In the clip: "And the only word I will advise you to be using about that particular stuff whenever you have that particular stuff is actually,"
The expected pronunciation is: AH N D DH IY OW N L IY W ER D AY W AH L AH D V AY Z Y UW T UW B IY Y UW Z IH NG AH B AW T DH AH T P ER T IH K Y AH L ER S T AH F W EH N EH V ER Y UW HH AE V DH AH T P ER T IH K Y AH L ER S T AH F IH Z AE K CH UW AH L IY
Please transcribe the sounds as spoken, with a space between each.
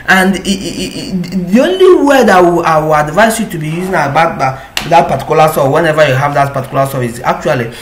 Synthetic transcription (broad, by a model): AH N D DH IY OW N L IY W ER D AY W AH W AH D V AY S Y UW T UW B IY Y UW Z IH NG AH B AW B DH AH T P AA T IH K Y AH L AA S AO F W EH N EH V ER Y UW HH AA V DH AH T P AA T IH K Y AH L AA S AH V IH S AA K CH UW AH L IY